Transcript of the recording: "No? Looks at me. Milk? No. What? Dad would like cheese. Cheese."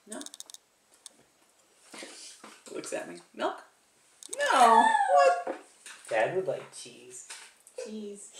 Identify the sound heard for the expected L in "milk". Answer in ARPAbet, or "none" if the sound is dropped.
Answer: none